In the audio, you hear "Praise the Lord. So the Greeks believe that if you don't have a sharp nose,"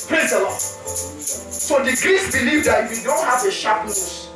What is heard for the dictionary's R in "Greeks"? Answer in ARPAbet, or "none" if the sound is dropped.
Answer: R